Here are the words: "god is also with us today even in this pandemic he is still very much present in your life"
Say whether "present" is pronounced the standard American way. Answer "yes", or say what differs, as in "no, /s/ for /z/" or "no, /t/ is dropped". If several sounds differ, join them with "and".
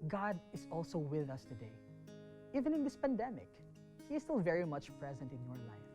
yes